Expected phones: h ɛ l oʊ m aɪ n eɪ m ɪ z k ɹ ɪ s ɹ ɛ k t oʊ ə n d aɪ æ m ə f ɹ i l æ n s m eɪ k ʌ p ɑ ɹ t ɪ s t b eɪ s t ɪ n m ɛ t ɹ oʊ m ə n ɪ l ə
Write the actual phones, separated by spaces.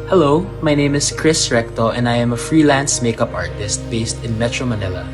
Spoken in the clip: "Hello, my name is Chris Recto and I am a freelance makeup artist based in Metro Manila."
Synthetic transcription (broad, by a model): h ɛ l oʊ m aɪ n eɪ m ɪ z k ɹ ɪ s ɹ ɛ k t oʊ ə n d aɪ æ m ə f ɹ i l æ n s m eɪ k ʌ p ɑ ɹ t ɪ s t b eɪ s t ɪ n m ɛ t ɹ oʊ m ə n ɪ l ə